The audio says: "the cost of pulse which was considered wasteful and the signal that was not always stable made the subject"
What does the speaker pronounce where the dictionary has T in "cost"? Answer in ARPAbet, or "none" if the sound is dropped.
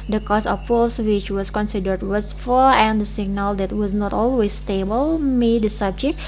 none